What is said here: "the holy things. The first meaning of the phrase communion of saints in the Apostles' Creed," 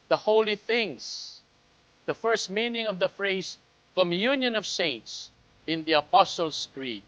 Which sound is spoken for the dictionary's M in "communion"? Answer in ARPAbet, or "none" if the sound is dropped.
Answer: M